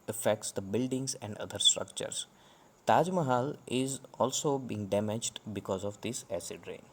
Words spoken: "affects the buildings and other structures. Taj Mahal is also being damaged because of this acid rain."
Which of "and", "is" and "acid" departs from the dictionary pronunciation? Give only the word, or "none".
none